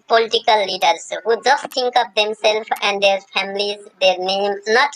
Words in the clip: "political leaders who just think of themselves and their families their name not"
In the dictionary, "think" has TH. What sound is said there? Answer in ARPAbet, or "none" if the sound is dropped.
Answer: T